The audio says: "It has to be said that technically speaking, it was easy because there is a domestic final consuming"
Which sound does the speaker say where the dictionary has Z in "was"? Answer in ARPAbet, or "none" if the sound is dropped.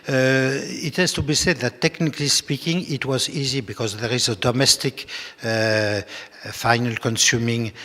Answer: Z